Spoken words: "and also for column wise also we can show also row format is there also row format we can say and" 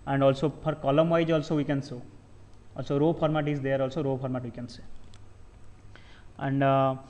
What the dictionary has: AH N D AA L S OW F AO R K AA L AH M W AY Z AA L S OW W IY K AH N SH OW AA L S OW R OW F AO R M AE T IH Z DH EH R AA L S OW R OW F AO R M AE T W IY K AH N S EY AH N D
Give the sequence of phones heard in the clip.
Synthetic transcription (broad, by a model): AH N D AA L S OW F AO R K AA L AH M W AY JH AA L S OW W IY K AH N S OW AA L S OW R OW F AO R M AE T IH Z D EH R AA L S OW R OW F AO R M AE T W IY K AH N S EY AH N D